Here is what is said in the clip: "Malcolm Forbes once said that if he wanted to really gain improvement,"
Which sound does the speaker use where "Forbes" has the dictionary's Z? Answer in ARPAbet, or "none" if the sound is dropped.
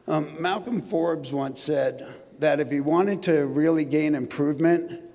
Z